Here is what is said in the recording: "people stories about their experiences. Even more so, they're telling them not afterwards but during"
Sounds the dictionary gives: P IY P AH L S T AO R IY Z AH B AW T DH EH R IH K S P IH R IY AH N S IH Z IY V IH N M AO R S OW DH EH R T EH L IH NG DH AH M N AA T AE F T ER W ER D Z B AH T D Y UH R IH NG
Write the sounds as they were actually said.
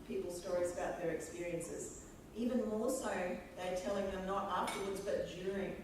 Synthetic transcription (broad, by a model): P IY P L S T AO R IY Z AH B AW T DH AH R IH K S P IH R IY AH N S IH Z IY V IH N M AO R S OW DH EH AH T EH L IH NG DH AH M N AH T AE F T ER W ER D Z B AH T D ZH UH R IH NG